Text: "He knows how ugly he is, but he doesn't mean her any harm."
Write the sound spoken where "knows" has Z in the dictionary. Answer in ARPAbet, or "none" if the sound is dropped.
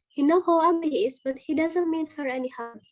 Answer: none